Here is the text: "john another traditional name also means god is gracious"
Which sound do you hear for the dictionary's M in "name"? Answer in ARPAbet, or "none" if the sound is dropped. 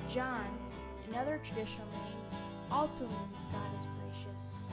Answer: none